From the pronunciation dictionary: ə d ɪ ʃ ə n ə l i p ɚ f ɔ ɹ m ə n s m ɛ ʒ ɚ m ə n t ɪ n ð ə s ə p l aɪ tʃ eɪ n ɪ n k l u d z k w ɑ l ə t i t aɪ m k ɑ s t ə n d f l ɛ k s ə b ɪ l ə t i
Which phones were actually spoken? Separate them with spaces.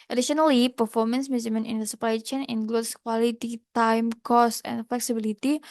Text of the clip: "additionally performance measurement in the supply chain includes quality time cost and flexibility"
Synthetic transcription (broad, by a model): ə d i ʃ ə n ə l i p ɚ f ɔ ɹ m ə n s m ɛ z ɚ m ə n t ɪ n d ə s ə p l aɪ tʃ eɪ n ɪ n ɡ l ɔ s k w ɑ l ə t i t aɪ m k ɑ s t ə n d f l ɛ k s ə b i l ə t i